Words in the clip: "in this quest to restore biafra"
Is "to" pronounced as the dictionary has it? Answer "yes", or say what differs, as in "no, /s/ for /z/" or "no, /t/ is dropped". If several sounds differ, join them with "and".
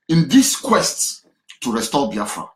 no, /s/ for /t/